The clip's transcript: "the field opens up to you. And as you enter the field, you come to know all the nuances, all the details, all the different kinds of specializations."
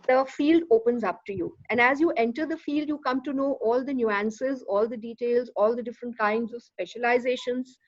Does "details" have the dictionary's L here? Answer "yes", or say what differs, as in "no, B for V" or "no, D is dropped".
yes